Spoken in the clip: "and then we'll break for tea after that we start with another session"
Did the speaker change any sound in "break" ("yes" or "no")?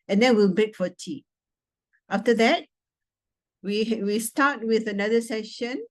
yes